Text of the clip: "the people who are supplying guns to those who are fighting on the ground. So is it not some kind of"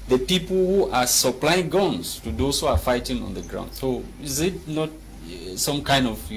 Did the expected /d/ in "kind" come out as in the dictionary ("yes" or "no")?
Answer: yes